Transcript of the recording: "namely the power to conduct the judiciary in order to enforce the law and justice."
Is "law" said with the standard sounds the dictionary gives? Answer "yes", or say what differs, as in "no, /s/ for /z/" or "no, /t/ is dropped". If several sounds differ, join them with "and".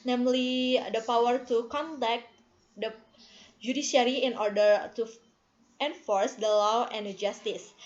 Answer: yes